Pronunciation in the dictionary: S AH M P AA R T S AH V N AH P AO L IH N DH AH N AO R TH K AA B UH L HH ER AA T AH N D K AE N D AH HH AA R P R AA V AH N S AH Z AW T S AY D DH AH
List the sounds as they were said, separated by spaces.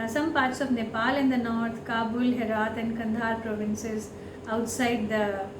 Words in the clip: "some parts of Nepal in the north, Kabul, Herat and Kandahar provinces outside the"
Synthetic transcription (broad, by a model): S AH M P AA R T S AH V N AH P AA L IH N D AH N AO R T K AA B UH L HH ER AA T AH N D K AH N D AA R P R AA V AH N S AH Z AW T S AY D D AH